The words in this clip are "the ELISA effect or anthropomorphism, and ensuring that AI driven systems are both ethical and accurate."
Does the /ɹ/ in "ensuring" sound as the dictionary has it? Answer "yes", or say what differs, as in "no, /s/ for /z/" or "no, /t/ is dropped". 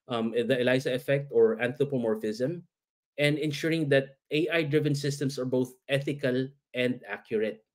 yes